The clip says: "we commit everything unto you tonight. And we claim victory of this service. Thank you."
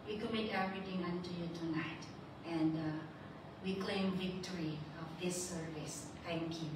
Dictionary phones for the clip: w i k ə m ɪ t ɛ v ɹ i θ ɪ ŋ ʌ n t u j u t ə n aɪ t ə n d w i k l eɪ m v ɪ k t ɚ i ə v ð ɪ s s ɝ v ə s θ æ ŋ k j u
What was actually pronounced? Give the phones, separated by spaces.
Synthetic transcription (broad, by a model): w i k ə m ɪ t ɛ v ɹ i t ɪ ŋ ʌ n t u j u t ə n aɪ t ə n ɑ w i k l eɪ m v ɪ k t ɚ i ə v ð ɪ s s ɝ v ə s t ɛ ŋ k j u